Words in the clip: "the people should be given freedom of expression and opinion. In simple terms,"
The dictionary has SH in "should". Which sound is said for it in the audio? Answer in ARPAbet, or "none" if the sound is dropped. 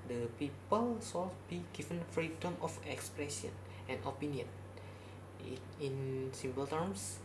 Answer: S